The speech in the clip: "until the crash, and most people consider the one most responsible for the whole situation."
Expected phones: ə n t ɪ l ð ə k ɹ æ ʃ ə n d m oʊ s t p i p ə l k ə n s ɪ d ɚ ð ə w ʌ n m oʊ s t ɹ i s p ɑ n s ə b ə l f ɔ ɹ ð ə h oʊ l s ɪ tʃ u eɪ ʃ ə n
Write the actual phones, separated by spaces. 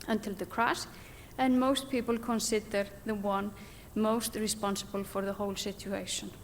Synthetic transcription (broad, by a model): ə n t ɪ l ð ə k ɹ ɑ s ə n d m oʊ s t p i p ə l k ə n s ɪ d ɚ ð ə w ʌ n m oʊ s t ɹ i s p ɑ n s ə b ə l f ɔ ɹ ð ə h oʊ l s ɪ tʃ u eɪ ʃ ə n